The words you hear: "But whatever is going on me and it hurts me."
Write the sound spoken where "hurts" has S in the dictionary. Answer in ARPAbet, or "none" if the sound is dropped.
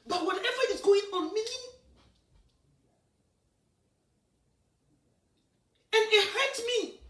none